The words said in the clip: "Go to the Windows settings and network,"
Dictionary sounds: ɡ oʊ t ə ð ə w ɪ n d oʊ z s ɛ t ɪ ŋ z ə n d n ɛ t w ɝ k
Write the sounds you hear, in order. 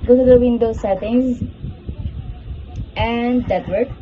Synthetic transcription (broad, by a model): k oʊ s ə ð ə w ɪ n d oʊ s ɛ t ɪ ŋ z ə n d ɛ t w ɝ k